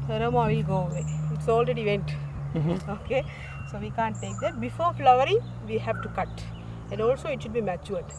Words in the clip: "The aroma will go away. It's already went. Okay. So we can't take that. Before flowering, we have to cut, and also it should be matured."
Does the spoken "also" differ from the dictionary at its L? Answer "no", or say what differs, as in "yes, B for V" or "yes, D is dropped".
no